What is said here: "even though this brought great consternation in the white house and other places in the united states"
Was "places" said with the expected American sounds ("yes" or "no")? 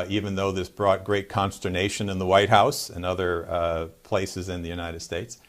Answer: yes